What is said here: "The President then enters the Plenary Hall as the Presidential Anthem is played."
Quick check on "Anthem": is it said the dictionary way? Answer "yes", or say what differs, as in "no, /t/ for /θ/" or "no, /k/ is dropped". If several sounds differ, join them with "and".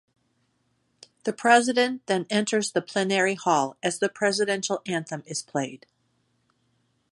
yes